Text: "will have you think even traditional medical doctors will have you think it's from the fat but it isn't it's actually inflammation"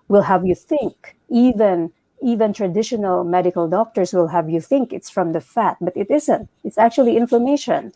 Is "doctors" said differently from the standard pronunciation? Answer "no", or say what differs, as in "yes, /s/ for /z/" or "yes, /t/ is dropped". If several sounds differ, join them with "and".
yes, /s/ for /z/